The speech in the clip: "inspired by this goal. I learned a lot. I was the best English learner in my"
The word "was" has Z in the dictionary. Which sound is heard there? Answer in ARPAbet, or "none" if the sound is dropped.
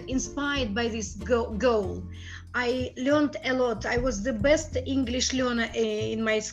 Z